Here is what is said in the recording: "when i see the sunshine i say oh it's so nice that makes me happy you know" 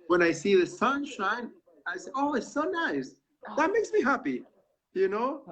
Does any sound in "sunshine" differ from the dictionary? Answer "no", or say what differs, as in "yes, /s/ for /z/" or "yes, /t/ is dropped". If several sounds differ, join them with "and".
no